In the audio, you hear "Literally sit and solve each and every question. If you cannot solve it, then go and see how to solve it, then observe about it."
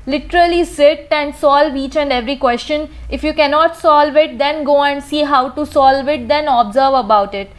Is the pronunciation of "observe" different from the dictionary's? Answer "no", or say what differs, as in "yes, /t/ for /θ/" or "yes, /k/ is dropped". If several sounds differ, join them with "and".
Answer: no